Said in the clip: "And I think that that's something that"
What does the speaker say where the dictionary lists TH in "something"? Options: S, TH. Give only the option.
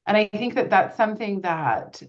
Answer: TH